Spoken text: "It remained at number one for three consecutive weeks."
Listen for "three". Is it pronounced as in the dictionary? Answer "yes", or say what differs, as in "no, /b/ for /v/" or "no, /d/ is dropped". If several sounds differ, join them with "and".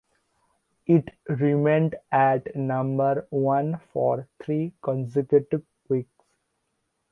no, /t/ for /θ/